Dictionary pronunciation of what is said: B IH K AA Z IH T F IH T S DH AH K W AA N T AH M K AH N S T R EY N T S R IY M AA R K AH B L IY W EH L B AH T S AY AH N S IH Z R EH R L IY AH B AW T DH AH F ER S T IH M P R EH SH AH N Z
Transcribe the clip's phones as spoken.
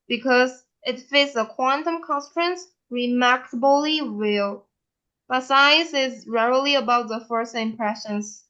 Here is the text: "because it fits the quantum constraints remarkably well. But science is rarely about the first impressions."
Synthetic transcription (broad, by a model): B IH K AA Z IH T F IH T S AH K W AA N T AH M K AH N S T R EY N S R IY M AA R K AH B L IY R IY L B AH T S AY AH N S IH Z R EH R L IY AH B AW T DH AH F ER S IH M P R EH SH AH N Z